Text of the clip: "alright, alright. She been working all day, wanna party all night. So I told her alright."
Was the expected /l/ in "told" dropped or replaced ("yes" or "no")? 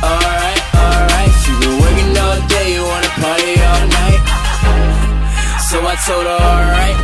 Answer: yes